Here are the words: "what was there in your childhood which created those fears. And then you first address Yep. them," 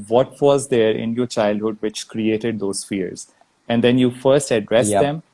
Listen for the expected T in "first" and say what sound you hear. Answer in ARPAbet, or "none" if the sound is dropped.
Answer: T